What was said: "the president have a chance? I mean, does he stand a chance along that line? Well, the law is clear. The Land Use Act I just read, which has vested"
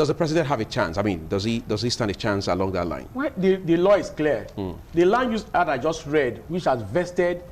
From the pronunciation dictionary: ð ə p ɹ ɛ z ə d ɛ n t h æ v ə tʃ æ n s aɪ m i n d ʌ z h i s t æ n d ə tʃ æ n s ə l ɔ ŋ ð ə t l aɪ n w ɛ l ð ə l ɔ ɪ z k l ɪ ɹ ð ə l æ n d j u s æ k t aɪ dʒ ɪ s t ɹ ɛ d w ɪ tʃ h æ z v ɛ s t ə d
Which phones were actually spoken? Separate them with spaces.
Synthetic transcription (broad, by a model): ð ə p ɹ ɛ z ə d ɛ n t h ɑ v ə tʃ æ n s aɪ m i n d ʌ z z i s t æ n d ə tʃ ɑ n s ə l ɔ ŋ ð ə t l aɪ n w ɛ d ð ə l ɔ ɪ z k l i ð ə l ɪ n j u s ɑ t aɪ dʒ ɪ s t ɹ ɛ d w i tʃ h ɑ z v ɛ s t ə d